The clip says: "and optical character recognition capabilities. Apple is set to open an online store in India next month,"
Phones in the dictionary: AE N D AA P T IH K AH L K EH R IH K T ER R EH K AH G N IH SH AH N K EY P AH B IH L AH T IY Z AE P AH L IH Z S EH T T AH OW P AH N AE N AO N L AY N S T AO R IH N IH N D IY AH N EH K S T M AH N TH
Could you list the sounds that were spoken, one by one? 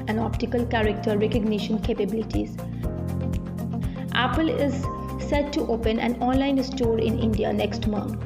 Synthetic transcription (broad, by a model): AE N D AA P T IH K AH L K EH R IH K T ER R EH K AH G N IH SH AH N K EY P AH B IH L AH T IY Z AE P AH L IH Z S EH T T OW P AH N AE N AO N L AY N S T AO R IH N IH N D IY AH N EH K S T M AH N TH